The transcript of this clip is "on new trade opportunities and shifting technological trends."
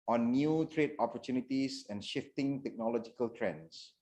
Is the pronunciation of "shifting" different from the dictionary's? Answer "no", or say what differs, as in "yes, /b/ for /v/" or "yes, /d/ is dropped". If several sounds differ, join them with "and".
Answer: no